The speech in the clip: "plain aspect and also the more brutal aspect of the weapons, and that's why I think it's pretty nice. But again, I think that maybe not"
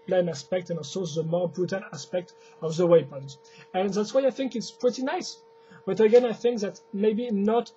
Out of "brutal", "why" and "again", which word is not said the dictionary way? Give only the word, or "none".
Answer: brutal